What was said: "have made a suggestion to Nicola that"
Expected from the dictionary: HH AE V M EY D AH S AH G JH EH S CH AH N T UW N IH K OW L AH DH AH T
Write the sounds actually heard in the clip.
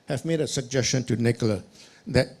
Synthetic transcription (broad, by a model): HH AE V M EY D AH S AH G JH EH S CH AH N T UW N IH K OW L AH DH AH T